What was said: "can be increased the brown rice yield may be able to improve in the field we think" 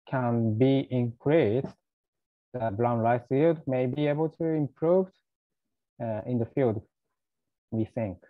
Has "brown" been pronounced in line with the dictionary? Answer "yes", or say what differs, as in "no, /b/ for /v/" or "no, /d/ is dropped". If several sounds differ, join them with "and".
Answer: no, /l/ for /ɹ/